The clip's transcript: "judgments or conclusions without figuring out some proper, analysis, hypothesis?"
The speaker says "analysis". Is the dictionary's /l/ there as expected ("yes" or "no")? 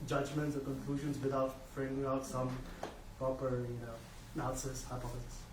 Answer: no